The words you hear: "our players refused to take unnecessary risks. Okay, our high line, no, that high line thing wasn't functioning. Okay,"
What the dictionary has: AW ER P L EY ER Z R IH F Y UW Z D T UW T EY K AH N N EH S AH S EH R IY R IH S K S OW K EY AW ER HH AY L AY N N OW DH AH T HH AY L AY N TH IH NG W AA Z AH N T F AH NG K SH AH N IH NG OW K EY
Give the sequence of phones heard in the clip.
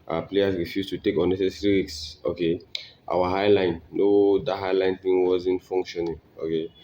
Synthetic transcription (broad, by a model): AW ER P L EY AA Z R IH F Y UW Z T UW T EY K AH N N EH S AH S R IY W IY K S OW K EY AW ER HH AY L AY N N OW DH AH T HH AY L AY N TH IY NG W AA Z AH N T F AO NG K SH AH N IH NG OW K EY